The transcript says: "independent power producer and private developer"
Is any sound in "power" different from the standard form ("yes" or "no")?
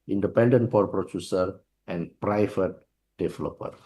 yes